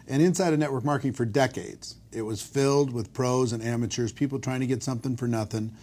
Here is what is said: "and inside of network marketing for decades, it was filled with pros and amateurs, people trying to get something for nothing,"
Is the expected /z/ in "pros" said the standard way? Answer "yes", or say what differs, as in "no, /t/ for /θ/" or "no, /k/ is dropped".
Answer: yes